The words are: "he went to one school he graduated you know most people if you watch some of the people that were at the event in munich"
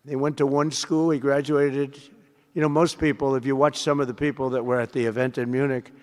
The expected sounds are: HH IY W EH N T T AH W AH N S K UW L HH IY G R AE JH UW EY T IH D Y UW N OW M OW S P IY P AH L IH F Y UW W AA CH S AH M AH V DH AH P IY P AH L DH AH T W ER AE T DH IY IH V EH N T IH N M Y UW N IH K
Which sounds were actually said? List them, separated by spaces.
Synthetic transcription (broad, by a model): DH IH W EH N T T AH W AH N S K UW L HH IY G R AE JH UW EY T IH D Y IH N OW M OW S P IY P L IH F Y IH W AA CH S AH M AH V DH AH P IY P L DH AH T W ER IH T DH IY IH V EH N T IH N M Y UW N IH K